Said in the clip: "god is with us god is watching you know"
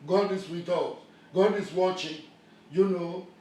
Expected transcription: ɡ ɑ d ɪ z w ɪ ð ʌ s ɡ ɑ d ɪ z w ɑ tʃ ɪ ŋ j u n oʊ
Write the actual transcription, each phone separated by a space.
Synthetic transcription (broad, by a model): ɡ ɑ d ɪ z w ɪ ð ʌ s ɡ ɑ d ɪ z w ɑ tʃ ɪ ŋ j u n oʊ